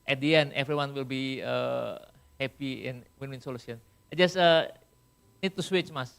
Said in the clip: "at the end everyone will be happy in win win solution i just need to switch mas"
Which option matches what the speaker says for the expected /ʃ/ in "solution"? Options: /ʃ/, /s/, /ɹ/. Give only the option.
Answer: /s/